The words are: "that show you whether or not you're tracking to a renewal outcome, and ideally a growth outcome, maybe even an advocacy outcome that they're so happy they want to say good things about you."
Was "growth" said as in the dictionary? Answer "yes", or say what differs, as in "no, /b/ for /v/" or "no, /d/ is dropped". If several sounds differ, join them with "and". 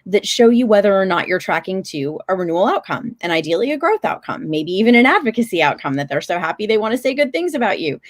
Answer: yes